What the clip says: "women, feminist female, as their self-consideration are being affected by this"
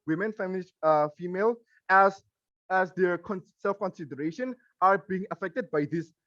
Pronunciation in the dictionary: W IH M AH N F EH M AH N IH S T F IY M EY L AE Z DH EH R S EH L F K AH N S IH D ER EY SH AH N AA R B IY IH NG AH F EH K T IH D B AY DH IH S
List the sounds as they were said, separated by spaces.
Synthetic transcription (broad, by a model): W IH M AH N F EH M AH L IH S F IY M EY L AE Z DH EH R S EH L F K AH N S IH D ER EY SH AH N AA R B IY IH NG AH F EH K T IH D B AY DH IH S